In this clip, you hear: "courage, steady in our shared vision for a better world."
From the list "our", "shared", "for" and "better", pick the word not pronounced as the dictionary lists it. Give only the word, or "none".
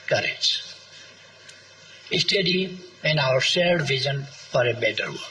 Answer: shared